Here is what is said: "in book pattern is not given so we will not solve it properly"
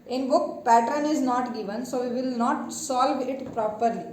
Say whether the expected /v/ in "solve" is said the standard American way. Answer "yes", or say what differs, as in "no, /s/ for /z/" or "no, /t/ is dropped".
yes